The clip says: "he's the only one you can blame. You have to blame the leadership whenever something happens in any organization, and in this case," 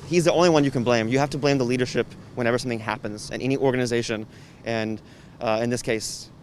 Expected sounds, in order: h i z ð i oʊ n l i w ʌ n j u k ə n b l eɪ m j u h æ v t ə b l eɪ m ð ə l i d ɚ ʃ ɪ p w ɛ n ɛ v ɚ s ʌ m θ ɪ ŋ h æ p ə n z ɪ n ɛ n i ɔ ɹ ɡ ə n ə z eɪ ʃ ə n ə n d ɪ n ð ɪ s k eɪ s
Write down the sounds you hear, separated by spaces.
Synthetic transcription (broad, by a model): h i z ð i oʊ n l i w ʌ n j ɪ k ə n b l eɪ m j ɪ h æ f t ə b l eɪ m ð ə l i d ɚ ʃ ɪ p w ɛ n ɛ v ɚ s ʌ m θ ɪ ŋ h æ p ə n z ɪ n ɛ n i ɔ ɹ ɡ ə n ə z eɪ ʃ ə n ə n ɪ n ð ɪ s k eɪ s